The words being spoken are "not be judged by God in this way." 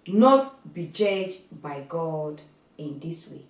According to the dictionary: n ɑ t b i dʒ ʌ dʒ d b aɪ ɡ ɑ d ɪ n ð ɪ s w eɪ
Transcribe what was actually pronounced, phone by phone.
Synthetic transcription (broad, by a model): n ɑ t b i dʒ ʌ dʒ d b aɪ ɡ ɑ d ɪ n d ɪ s w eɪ